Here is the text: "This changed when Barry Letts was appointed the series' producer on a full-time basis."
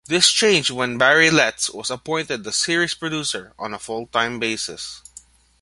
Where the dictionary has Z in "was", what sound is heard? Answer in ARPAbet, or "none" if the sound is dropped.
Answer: S